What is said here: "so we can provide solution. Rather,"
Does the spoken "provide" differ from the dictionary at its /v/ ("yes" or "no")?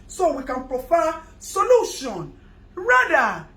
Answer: yes